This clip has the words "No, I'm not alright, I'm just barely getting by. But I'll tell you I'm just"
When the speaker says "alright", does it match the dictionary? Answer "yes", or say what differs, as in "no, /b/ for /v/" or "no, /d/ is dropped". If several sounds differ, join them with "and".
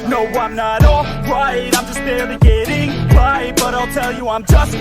no, /l/ is dropped